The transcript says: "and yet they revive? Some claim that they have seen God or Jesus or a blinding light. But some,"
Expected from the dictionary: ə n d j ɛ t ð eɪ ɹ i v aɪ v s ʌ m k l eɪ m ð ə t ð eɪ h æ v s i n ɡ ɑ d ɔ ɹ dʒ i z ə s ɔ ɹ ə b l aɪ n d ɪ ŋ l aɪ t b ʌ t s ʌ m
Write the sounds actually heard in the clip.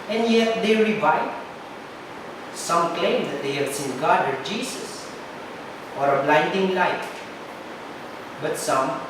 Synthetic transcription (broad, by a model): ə n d j ɛ t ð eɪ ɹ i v aɪ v s ʌ m k l eɪ m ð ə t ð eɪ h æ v s i n ɡ ɑ d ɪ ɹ dʒ i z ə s ɔ ɹ ə b l aɪ n d ɪ ŋ l aɪ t b ʌ t s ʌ m